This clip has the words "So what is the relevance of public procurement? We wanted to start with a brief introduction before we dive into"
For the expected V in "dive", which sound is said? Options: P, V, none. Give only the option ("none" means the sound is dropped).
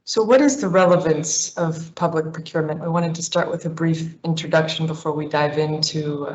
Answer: V